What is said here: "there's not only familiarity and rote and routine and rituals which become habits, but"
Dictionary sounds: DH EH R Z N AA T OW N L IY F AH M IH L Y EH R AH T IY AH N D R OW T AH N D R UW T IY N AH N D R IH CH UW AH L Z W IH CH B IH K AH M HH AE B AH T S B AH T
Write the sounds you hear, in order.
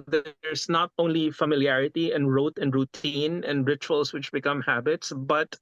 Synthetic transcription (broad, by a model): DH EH R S N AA T OW N L IY F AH M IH L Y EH R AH T IY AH N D R OW T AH N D R UW T IY N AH N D R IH CH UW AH L S W IH CH B IH K AH M HH AE B AH T S B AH T